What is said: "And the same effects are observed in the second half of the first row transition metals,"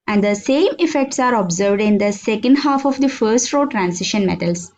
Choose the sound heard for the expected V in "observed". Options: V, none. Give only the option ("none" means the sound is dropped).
V